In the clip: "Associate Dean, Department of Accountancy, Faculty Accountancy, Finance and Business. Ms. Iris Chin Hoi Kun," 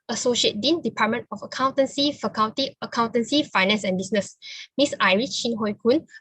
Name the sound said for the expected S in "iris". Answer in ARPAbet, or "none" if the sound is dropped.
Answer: none